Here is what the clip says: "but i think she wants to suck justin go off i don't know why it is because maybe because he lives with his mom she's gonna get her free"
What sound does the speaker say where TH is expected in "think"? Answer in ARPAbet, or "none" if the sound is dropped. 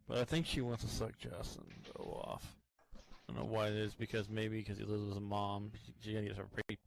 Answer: TH